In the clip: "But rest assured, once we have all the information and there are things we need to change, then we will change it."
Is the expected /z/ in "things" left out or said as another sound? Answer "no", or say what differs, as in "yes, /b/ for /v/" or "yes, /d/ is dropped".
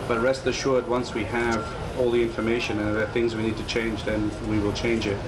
no